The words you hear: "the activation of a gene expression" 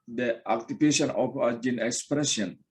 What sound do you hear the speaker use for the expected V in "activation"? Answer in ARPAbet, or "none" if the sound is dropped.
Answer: P